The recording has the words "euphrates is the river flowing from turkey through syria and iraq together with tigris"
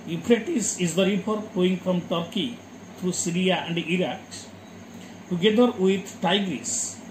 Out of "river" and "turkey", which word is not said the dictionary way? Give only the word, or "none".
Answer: river